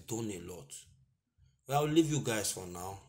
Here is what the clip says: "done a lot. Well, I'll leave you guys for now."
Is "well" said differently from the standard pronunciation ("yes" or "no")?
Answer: yes